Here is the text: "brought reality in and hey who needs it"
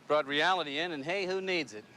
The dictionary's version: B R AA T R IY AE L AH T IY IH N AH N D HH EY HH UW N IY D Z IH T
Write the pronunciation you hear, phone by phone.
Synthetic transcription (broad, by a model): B R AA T R IY AE L AH T IY IH N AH N HH EY HH UW N IY D Z IH T